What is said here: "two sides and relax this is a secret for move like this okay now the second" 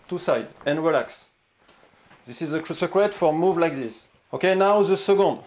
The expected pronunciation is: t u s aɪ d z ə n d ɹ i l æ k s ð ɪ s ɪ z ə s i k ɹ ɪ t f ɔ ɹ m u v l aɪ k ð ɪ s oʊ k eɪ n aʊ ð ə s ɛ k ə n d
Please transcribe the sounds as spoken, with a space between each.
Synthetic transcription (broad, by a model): t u s aɪ d ə n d ɹ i l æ k s ð ɪ s ɪ z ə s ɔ k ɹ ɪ t f ɔ ɹ m u v l aɪ k ð ɪ s oʊ k eɪ n aʊ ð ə s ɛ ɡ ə n d